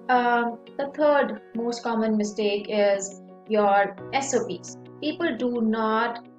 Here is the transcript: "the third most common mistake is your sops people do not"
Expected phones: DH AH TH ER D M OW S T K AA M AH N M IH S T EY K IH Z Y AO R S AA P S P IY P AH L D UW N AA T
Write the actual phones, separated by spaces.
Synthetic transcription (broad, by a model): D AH T ER D M OW S T K AA M AH N M IH S T EY K IH Z Y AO R S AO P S P IY P AH L D UW N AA T